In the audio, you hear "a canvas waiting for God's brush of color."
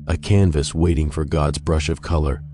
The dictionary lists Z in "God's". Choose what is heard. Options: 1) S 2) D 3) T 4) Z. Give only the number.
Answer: 4